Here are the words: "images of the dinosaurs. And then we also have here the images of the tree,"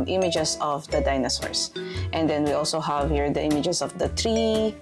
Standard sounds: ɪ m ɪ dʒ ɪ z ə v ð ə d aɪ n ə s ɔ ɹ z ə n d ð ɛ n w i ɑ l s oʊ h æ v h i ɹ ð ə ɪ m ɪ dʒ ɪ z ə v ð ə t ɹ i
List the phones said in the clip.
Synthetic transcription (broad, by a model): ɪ m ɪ dʒ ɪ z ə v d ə d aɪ n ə s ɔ ɹ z ə n d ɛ n w i ɑ l s oʊ h æ v h i ɹ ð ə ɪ m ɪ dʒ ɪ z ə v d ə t ɹ i